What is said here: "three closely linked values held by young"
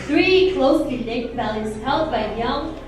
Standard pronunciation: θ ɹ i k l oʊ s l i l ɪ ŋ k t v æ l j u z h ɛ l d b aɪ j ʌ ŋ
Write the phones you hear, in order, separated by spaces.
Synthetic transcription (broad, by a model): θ ɹ i k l oʊ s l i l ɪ k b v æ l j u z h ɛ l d b aɪ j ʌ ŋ